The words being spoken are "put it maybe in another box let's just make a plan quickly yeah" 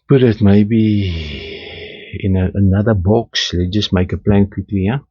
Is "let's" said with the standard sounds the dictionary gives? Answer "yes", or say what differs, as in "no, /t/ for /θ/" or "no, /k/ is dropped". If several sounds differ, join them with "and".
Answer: no, /s/ is dropped